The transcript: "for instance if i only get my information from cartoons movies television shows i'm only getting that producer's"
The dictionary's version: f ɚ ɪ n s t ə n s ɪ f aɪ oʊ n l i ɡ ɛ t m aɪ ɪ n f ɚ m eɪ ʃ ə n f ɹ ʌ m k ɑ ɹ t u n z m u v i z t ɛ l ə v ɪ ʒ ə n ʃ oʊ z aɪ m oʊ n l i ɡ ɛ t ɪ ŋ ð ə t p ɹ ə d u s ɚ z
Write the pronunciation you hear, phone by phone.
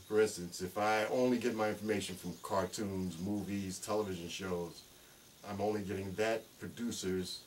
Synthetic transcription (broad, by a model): f ɚ ɪ n s t ə n s ɪ f aɪ oʊ n l i ɡ ɛ t m aɪ ɪ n f ɚ m eɪ ʃ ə n f ɹ ʌ m k ɑ ɹ t u n z m u v i z t ɛ l ə v ɪ ʒ ə n ʃ oʊ z aɪ m oʊ n l i ɡ ɛ t ɪ ŋ ð ə t p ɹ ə d u s ɚ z